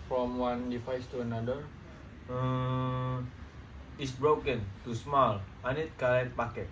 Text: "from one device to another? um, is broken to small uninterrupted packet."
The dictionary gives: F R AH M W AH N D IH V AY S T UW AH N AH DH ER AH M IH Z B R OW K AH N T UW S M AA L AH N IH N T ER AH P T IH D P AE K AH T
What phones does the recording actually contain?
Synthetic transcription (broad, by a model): F R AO M W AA N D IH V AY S T UW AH N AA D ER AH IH S B R OW K AH N T UW S M AA L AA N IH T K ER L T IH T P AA K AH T